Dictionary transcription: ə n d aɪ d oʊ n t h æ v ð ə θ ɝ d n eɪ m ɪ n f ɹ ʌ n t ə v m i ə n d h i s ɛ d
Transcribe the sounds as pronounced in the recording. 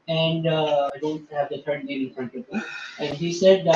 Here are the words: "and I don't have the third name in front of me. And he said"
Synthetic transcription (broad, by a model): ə n d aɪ d oʊ n t h æ v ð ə t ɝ d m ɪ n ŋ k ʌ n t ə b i ə n d h i s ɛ d